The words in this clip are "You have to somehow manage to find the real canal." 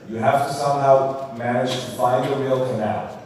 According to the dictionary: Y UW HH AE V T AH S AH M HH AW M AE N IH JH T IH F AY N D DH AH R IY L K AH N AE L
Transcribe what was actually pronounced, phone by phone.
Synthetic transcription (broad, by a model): Y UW HH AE F T AH S AH M HH AW M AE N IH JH T IH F AY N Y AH R IY L K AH N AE L